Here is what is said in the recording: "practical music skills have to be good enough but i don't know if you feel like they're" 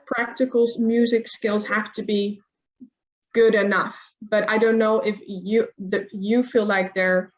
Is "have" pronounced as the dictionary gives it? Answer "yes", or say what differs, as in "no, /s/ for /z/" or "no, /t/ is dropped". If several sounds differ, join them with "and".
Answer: no, /f/ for /v/